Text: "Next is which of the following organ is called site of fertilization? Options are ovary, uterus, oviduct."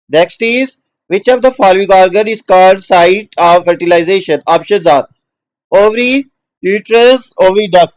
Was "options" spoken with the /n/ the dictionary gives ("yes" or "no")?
no